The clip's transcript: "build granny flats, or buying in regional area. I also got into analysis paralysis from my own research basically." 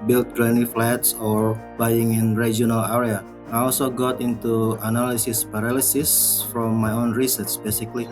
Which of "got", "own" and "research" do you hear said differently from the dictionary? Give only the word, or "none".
research